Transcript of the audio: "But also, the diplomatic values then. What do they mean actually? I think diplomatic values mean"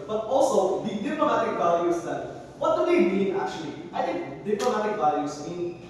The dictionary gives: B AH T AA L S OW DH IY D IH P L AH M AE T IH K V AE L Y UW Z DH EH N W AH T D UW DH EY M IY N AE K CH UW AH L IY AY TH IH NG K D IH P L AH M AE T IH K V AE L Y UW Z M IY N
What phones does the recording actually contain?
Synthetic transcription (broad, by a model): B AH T AA L S OW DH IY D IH P L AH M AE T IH K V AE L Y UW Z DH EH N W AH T D UW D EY M IY N AE K CH UW AH L IY AY T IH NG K D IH P L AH M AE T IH K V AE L Y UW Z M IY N